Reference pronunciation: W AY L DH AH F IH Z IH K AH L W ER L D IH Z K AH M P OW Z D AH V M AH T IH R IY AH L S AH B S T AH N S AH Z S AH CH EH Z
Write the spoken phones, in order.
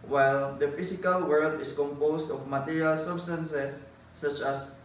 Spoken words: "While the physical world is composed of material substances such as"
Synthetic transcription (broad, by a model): W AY L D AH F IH S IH K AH L W ER L D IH S K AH M P OW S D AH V M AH T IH R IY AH L S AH B S T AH N S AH S AH CH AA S